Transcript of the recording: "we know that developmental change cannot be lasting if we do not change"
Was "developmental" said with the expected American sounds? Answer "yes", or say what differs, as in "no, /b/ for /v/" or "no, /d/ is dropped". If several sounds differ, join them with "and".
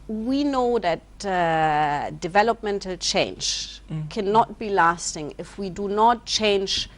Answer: yes